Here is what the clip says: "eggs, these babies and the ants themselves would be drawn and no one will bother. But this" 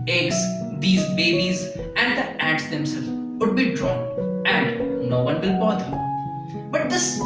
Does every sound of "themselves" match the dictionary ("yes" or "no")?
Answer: no